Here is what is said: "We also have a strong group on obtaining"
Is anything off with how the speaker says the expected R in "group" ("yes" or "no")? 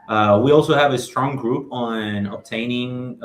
no